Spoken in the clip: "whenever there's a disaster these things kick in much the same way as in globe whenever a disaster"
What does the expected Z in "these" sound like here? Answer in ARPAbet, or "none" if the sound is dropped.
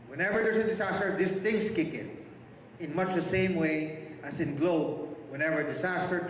S